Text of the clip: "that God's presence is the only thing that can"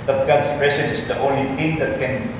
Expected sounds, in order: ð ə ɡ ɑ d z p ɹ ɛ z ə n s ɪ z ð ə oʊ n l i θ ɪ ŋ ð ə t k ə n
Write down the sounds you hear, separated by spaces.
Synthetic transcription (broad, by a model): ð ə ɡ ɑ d s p ɹ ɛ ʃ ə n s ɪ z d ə oʊ n l i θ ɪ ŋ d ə t k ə n